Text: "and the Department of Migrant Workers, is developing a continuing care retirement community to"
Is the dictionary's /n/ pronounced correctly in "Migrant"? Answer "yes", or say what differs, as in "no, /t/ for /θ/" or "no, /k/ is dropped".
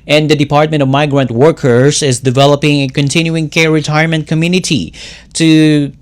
yes